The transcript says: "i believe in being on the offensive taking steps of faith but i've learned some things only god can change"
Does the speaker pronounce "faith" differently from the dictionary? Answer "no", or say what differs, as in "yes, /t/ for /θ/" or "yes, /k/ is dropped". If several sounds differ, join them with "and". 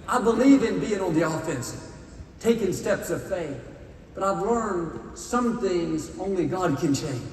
no